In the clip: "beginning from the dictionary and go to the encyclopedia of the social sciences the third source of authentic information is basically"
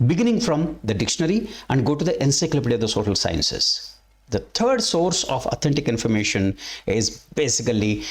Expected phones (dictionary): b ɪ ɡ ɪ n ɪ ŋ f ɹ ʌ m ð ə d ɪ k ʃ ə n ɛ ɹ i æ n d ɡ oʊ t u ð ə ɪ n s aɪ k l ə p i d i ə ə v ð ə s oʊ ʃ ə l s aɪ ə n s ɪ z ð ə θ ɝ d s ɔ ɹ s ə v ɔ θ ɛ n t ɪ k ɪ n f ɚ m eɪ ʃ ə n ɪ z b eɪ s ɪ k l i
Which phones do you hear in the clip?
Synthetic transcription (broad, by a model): b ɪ ɡ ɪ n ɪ ŋ f ɹ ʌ m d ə d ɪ k ʃ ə n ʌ ɹ i æ n d ɡ oʊ t u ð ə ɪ n s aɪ k l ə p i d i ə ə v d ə s oʊ ʃ ə l s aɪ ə n s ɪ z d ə t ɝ d s ɔ ɹ s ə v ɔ t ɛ n t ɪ k ɪ n f ɚ m eɪ ʃ ə n ɪ z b eɪ s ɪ k l i